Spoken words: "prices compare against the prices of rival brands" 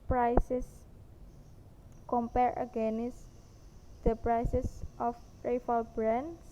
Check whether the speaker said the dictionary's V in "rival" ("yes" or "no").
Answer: no